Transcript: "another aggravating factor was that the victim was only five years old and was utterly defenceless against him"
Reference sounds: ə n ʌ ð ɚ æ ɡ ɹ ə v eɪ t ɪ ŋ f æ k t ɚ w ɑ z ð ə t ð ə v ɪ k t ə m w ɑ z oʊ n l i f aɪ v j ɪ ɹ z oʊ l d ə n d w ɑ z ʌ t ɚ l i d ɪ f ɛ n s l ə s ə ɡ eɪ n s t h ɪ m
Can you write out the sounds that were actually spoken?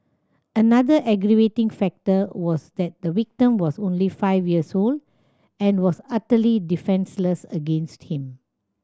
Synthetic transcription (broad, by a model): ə n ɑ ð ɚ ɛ ɡ ɹ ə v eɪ t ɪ ŋ f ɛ k t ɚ w ɑ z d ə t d ə w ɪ k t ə m w ɑ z oʊ n l i f aɪ v j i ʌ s oʊ l d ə n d w ɑ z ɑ t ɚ l i d ɪ f ɛ n s l ə s ə ɡ eɪ n s t h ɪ m